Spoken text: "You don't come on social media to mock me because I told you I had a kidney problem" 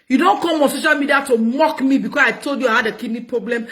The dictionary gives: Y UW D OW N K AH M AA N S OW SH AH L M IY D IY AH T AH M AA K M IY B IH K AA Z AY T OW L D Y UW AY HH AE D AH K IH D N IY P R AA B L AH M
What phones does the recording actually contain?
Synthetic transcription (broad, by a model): Y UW D OW N K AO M AA N S OW SH AH L M IY D IY AH T AH M AA K M IY B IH K AA S AY T OW L D Y UW AY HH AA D AH K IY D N IY P R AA B L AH M